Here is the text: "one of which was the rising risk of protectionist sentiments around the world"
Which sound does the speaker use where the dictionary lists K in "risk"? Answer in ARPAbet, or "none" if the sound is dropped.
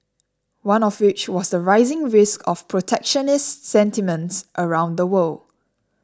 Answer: K